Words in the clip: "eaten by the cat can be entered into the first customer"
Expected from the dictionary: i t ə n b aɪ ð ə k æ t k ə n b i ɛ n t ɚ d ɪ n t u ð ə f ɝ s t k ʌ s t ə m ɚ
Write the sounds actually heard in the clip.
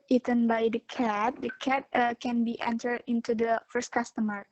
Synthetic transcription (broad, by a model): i t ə n b aɪ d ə k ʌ t k ə n b i ɛ n t ɚ d ɪ n t u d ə f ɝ s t k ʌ s t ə m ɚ